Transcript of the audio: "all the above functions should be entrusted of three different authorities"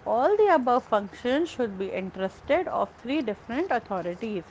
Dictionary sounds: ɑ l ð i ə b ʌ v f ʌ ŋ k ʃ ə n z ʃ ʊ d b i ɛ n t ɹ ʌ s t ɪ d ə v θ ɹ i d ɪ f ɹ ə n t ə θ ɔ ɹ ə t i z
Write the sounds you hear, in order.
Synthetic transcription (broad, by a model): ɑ l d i ə b ʌ v f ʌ ŋ k ʃ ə n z ʃ ʊ d b i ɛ n t ɹ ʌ s t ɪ d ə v t ɹ i d ɪ f ɹ ə n t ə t ɔ ɹ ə t i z